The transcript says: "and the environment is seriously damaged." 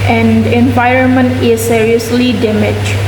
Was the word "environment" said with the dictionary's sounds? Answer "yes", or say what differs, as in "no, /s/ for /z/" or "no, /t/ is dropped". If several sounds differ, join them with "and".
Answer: yes